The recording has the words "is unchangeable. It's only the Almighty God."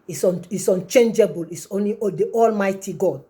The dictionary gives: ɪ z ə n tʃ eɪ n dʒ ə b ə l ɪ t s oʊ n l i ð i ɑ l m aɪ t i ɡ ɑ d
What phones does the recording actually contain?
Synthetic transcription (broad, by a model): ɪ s ə n tʃ eɪ n dʒ ə b ə l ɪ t s oʊ n l i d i ɑ l m aɪ t i ɡ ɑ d